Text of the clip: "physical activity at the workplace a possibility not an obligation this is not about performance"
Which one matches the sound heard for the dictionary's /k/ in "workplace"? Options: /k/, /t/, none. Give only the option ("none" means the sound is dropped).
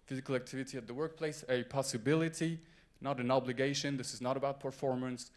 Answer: /k/